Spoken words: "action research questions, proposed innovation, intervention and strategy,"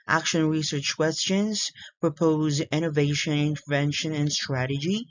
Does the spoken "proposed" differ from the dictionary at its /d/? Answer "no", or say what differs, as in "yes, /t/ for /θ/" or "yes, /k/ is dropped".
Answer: yes, /d/ is dropped